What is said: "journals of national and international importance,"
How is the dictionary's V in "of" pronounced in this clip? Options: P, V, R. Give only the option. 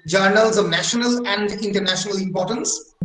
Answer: V